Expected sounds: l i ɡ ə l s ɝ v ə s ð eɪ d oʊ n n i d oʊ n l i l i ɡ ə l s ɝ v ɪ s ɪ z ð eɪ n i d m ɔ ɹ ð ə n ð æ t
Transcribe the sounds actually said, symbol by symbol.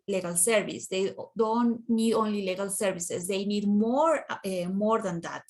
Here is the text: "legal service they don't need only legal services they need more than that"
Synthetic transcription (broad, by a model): l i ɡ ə l s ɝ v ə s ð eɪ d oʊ n n i d oʊ n l i l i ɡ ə l s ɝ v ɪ s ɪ s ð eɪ n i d m ɔ ɹ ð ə n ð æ t